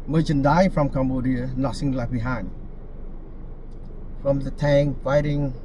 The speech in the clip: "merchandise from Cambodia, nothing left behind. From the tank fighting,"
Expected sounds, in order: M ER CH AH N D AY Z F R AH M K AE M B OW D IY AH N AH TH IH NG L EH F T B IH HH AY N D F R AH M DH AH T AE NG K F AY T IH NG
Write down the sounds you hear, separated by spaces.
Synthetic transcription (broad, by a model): M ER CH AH N D AY F R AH M K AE M B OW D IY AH N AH S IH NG L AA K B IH HH AY N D F R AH M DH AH T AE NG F AY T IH NG